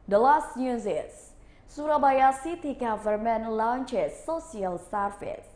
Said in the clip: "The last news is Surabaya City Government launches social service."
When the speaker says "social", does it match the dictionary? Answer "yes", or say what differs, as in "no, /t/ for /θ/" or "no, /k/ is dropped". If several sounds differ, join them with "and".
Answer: no, /s/ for /ʃ/